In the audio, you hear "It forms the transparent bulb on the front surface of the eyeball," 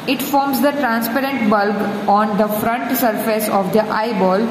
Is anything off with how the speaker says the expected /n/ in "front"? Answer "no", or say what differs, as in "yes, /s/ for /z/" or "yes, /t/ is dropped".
no